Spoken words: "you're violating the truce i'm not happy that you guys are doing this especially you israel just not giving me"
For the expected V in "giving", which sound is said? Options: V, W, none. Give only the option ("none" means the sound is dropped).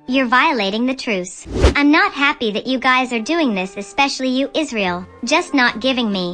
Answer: V